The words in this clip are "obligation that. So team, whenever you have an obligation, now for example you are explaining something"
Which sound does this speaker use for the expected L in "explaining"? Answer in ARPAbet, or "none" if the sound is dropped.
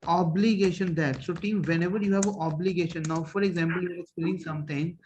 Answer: none